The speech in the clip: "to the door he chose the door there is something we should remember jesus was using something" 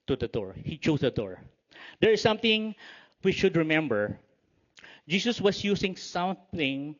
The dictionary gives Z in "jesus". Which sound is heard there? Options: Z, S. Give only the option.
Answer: S